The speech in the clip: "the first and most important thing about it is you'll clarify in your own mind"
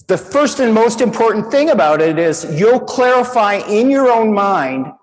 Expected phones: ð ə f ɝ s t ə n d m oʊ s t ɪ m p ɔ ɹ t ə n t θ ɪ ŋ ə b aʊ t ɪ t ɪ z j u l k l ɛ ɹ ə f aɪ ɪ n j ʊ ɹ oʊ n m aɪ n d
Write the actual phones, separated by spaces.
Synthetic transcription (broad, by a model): ð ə f ɝ s t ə n m oʊ s t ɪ m p ɔ ɹ t n θ ɪ ŋ ə b aʊ t ɪ t ɪ z j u l k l ɛ ɹ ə f aɪ ɪ n j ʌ ɹ oʊ n m aɪ n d